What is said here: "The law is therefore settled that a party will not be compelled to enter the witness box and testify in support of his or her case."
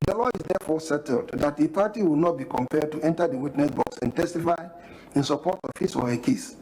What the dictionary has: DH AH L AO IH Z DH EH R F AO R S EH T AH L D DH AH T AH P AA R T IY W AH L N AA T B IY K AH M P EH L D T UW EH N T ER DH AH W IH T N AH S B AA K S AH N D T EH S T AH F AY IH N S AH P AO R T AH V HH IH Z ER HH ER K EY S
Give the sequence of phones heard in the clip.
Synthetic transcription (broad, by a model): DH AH L AO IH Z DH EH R F AO S EH T AH L D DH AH T AH P AA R T IY W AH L N AA T B IY K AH M P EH D T UW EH N T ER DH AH W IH T N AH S B AA K S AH N T EH S T AH F AY IH N S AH P AO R T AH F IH S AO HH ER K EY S